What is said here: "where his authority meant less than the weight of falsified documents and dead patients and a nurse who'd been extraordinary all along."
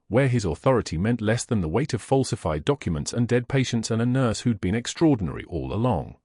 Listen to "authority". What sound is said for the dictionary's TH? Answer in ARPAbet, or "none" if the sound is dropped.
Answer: TH